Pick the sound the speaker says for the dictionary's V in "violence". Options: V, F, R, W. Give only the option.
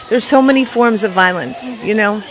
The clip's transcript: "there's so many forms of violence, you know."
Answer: V